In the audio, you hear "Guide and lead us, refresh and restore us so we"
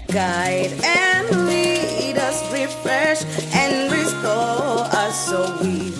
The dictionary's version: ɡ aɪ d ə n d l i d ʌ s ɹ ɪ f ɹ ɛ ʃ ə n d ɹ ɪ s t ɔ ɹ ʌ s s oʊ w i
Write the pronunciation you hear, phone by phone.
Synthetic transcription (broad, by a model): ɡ aɪ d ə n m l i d ʌ s ɹ ɪ f ɹ ɛ ʃ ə n ɹ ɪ s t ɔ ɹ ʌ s s oʊ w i